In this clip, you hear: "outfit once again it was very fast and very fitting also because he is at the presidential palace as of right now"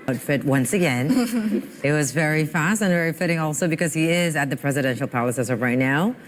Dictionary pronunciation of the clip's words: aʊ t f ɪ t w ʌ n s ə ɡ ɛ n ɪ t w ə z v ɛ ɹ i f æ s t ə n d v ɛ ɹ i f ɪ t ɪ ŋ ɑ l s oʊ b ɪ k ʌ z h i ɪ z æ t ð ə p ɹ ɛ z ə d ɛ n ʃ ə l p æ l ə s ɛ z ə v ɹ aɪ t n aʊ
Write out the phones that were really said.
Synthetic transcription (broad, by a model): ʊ t f ɪ t w ʌ n s ə ɡ ɛ n ɪ t w ə z v ɛ ɹ i f æ s t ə n v ɛ ɹ i f ɪ t ɪ ŋ ɑ l s oʊ b ɪ k ʌ z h i ɪ z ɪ t ð ə p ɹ ɛ z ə d ɛ n ʃ l p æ l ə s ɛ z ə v ɹ aɪ t n aʊ